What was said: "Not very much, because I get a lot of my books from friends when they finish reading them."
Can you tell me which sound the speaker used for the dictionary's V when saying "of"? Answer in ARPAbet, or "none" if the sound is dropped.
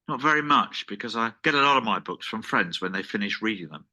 V